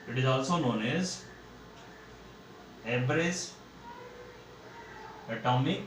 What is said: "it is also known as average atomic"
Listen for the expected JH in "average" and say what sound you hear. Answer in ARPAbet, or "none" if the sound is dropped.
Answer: Z